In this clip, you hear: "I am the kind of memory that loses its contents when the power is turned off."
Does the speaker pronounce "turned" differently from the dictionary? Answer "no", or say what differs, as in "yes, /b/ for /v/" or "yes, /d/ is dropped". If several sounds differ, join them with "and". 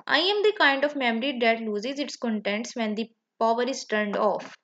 no